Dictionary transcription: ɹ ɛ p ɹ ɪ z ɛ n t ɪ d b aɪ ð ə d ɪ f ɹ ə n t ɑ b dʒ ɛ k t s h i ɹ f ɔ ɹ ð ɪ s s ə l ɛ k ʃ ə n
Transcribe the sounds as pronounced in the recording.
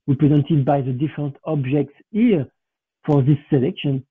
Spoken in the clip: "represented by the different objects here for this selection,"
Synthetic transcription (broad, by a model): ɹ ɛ p ɹ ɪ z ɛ n t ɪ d b aɪ ð ə d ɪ f ɹ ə n t ɑ b dʒ ɛ k t s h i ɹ f ɔ ɹ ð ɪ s s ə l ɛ k ʃ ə n